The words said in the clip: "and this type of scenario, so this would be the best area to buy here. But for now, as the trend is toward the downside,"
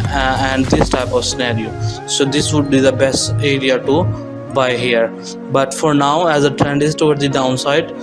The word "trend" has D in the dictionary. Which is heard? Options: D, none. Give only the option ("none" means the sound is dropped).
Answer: D